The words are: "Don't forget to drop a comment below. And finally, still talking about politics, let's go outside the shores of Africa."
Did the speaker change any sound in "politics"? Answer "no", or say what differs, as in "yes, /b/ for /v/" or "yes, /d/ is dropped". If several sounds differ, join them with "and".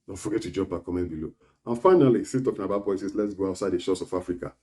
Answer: yes, /k/ is dropped